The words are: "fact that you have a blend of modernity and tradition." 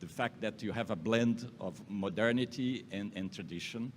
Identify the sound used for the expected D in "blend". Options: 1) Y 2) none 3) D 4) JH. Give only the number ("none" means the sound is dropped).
3